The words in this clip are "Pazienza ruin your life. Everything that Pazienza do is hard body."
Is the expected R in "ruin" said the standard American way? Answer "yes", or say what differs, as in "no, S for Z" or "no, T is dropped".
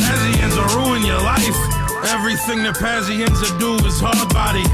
yes